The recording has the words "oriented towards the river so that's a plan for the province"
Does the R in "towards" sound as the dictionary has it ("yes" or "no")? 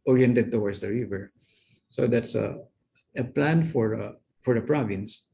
no